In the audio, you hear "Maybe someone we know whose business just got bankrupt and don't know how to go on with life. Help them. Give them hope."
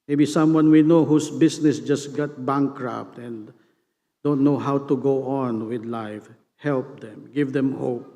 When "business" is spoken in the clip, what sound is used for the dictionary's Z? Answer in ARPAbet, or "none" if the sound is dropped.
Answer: S